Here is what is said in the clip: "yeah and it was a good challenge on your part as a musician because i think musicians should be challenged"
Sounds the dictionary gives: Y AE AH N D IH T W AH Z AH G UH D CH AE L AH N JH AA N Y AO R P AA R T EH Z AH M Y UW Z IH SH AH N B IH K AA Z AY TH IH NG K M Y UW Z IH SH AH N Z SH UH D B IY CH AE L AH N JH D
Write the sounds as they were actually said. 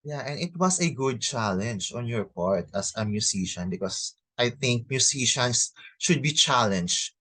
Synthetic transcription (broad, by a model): Y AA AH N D IH T W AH S AH G UH D CH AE L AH N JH AA N Y AO R P AA R T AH S AH M Y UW S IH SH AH N B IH K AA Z AY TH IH NG K M Y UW S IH SH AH N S SH UH D B IY CH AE L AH N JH